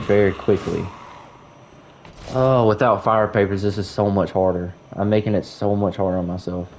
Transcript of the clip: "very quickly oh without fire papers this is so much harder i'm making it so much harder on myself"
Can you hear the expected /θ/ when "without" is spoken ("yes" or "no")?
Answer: yes